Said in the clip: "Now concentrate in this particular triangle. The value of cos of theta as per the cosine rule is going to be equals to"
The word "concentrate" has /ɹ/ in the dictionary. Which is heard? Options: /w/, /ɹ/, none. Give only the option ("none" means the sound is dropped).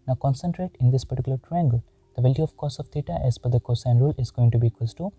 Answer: /ɹ/